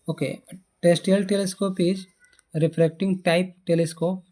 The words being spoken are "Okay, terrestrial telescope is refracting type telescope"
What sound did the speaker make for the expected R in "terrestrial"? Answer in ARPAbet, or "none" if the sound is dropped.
none